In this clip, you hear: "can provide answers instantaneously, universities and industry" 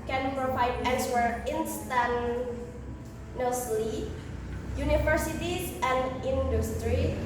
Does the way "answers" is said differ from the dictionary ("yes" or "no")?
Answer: yes